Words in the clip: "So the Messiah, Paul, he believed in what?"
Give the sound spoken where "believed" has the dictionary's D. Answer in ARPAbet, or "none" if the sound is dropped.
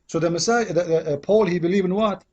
none